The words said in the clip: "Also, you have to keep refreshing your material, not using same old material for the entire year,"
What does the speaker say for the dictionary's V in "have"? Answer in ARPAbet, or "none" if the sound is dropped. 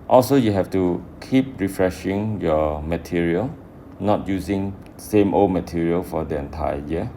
F